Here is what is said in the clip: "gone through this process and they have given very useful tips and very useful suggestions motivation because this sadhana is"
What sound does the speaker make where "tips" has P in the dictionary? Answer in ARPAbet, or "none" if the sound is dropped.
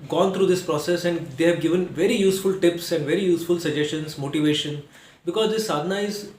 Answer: P